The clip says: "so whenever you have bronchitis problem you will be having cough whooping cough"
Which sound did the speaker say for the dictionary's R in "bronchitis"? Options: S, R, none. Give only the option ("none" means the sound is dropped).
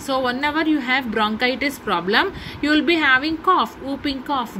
R